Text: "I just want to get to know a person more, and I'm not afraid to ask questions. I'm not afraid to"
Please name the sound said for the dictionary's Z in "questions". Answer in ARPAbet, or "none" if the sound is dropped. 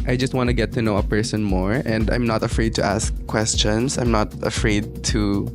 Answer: S